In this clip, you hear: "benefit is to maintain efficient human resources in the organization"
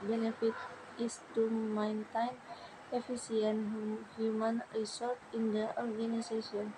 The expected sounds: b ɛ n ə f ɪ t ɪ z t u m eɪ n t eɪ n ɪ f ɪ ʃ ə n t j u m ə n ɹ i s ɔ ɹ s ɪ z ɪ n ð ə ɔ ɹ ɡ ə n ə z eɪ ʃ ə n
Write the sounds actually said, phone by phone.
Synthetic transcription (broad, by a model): b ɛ n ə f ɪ t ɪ s t u m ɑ n t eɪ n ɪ f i s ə n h j u m ə n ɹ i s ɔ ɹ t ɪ n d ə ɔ ɹ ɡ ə n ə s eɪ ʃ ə n